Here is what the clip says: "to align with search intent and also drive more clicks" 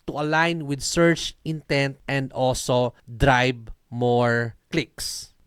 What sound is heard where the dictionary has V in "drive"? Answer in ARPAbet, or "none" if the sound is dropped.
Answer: B